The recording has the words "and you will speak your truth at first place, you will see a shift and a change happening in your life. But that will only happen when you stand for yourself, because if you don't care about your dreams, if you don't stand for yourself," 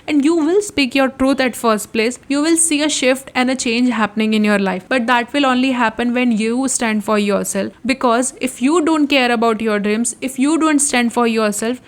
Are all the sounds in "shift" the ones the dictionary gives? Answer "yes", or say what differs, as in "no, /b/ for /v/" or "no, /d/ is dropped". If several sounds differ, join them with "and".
yes